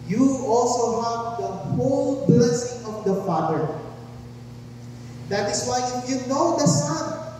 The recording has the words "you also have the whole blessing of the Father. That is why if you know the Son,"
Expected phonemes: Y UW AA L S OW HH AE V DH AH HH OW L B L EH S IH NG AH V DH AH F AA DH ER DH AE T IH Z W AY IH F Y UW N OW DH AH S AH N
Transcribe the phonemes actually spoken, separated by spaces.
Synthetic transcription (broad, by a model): Y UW AA L S OW HH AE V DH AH HH OW L B L EH S IH NG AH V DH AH F AA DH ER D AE T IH S W AY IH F Y UW N OW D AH S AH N